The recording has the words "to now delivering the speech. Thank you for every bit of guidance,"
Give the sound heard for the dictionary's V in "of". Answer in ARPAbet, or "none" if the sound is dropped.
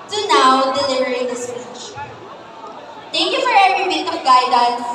P